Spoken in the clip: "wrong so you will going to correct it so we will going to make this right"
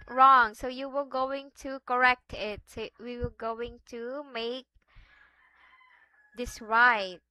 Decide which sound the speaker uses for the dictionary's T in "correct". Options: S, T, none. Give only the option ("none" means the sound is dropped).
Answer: T